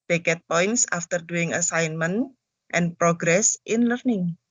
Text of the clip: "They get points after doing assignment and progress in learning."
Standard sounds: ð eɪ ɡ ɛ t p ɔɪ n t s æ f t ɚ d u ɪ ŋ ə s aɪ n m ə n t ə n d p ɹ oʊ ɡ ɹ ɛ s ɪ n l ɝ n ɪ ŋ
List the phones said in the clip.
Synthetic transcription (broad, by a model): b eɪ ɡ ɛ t p ɔɪ n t s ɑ f t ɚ d u ɪ ŋ ə s aɪ n m ə n t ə n p ɹ oʊ ɡ ɹ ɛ s ɪ n l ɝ n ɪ ŋ